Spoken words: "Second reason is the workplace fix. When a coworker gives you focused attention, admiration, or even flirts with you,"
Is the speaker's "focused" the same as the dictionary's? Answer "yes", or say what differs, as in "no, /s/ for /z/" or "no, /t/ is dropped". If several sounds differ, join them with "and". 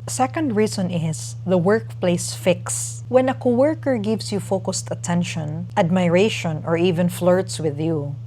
yes